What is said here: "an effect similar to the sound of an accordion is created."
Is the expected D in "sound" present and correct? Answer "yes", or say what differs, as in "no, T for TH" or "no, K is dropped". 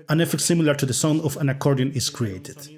no, D is dropped